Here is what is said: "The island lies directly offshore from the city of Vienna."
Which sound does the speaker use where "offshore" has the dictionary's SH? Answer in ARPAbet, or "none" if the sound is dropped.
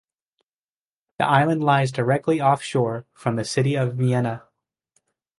SH